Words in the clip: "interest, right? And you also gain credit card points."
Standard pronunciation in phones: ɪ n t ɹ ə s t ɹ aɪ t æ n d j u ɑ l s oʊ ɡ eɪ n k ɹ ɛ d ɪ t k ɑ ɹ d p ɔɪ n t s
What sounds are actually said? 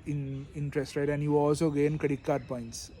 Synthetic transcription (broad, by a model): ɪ n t ɹ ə s t ɹ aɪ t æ n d j u ɑ l s oʊ ɡ eɪ n k ʌ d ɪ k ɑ ɹ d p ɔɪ n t s